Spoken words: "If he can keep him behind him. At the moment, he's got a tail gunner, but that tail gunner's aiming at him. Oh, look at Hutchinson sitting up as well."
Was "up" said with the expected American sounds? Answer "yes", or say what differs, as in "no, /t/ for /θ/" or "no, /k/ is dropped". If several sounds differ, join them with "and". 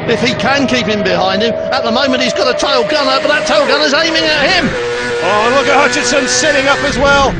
yes